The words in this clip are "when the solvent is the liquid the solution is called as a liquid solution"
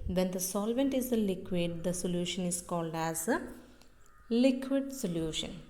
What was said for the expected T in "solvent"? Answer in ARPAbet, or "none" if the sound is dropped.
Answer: T